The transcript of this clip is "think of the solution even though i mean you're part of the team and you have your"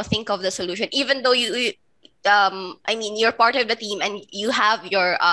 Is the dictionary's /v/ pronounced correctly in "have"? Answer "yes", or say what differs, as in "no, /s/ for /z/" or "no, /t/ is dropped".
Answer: yes